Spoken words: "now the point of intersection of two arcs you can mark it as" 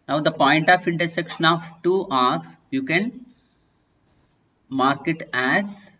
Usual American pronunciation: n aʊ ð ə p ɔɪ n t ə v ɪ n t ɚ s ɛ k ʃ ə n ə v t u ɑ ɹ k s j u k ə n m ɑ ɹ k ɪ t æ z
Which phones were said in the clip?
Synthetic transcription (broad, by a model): n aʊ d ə p ɔɪ n t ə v ɪ n t ɚ s ɛ k ʃ ə n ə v t u ɑ ɹ k s j u k ə n m ɑ ɹ k ɪ t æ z